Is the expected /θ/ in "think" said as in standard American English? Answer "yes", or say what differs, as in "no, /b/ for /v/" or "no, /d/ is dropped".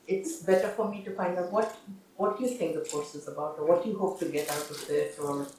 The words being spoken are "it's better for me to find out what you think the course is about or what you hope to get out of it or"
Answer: no, /t/ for /θ/